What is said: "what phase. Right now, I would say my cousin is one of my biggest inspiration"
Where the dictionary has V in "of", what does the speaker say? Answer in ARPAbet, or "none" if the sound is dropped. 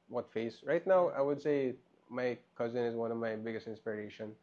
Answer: V